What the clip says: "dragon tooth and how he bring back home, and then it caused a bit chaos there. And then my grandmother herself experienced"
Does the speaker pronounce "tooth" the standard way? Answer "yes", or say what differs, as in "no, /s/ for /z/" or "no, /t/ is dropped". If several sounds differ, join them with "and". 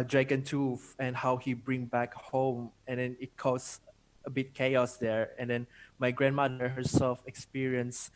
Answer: no, /f/ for /θ/